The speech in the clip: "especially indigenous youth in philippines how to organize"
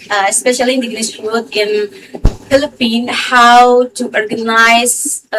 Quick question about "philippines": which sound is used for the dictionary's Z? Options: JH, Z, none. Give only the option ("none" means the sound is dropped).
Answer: none